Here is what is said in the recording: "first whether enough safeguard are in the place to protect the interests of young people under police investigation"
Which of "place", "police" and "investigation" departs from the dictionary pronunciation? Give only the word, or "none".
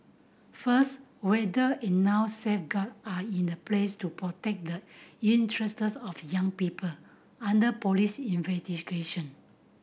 none